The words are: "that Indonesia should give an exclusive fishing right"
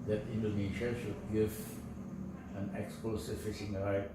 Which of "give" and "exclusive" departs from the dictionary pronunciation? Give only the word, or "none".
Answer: exclusive